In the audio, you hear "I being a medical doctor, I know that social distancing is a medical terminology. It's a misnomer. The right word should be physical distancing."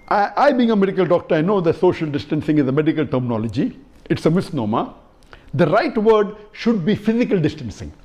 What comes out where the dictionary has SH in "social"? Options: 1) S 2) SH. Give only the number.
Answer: 2